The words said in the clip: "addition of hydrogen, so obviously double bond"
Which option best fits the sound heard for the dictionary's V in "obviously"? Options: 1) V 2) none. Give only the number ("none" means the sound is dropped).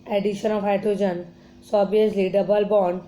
2